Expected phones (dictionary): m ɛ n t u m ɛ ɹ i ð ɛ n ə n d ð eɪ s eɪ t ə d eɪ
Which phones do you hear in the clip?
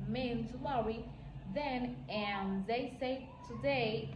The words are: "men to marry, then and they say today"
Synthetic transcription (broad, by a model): m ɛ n t u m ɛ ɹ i ð ɛ n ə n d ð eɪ s eɪ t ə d eɪ